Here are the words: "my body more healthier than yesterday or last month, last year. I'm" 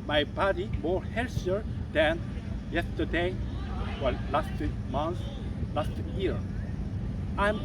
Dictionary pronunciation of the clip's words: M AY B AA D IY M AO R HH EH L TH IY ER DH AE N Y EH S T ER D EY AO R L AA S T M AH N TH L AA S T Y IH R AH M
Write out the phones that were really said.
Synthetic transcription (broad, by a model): M AY B AA D IY M AO R HH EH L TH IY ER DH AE N Y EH S T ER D EY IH L L AA S T M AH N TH L AA S T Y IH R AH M